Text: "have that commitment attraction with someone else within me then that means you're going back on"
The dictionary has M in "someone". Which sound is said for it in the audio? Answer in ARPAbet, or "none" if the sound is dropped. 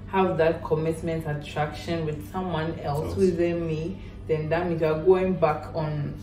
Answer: M